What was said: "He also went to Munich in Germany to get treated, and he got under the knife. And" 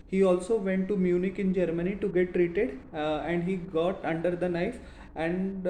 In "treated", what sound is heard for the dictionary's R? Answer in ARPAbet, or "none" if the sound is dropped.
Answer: R